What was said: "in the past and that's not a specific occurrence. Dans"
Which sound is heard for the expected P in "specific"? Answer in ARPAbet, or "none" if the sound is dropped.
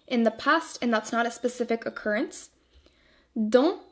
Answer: P